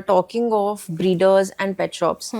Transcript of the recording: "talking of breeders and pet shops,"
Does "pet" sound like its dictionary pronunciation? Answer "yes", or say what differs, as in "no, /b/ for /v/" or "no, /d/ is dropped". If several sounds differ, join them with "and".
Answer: yes